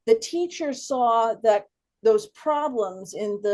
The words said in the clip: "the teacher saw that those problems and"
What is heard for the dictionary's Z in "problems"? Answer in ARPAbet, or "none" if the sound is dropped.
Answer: Z